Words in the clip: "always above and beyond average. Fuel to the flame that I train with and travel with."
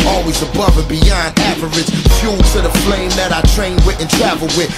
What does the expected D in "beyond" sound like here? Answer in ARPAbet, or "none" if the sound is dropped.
D